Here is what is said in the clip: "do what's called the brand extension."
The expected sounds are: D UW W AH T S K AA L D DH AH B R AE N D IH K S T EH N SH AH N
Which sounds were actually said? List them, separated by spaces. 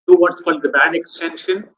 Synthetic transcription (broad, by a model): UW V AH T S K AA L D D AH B AE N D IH K S T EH N SH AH N